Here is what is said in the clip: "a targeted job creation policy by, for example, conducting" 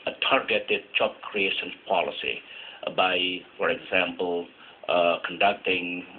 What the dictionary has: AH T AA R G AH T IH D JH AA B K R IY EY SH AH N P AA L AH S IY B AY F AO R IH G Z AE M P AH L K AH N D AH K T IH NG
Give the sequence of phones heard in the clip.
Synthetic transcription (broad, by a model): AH T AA R G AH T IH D CH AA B K R IY EY SH AH N P AA L AH S IY B AY F AO R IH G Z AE M P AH L K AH N D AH K T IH NG